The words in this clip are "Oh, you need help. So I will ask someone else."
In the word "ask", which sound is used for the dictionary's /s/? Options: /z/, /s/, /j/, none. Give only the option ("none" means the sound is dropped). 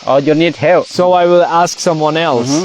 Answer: /s/